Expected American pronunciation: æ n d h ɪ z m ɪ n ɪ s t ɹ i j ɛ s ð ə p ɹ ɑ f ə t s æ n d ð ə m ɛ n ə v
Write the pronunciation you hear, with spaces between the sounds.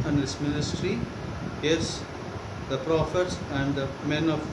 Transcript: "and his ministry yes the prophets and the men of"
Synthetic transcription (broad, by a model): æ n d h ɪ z m ɪ n ɪ s t ɹ i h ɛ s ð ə p ɹ ɑ f ə t s æ n d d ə m ɛ n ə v